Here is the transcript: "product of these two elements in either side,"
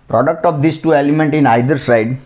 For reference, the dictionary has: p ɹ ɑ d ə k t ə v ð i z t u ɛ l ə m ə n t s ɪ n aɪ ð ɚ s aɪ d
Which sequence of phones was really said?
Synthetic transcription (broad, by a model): p ɹ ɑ d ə k t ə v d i s t u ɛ l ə m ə n t ɪ n aɪ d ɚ s aɪ d